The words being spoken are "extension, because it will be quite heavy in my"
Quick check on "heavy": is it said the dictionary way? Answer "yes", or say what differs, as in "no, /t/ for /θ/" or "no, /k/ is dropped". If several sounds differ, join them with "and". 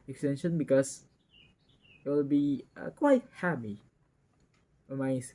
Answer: no, /p/ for /v/